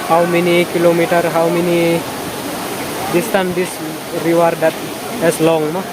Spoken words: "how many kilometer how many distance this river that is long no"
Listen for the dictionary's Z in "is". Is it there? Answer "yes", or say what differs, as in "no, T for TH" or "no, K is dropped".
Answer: no, S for Z